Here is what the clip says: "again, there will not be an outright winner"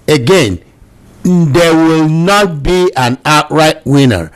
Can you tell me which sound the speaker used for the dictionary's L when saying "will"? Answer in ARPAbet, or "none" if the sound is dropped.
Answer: L